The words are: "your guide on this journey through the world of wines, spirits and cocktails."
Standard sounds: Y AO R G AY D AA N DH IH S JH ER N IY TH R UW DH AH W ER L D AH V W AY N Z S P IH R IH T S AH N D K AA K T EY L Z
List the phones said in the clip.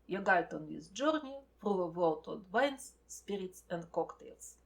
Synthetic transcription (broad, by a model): Y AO G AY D AA N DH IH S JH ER N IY F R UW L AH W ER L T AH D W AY N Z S P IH R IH T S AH N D K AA K T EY L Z